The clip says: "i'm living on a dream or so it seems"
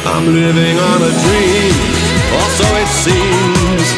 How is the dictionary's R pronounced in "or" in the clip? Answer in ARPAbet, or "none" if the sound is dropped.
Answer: L